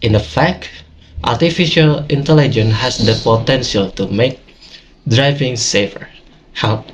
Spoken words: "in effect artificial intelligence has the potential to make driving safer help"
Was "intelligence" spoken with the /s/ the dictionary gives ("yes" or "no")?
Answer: no